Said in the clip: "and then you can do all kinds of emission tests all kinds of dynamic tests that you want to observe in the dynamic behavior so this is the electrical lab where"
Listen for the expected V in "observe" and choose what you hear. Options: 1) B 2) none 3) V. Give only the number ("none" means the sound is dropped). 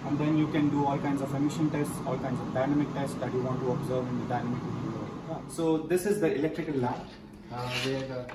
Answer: 3